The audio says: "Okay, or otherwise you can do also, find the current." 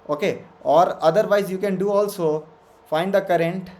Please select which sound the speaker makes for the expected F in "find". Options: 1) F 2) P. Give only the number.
1